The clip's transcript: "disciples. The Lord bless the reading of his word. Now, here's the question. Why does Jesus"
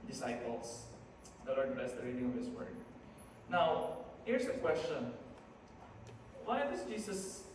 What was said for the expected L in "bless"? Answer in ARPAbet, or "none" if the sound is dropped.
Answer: none